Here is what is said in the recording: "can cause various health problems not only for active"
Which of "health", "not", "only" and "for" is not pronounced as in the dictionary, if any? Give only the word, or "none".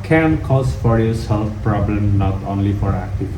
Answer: health